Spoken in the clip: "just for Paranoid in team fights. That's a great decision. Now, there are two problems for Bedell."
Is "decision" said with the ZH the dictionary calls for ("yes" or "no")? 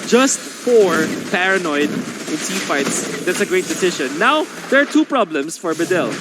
no